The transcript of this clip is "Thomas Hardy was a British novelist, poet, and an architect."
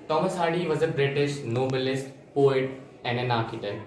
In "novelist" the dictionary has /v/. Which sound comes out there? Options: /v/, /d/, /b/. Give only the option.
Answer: /b/